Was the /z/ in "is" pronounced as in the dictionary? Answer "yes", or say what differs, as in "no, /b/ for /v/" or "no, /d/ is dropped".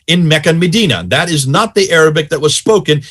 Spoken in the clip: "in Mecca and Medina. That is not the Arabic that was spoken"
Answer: yes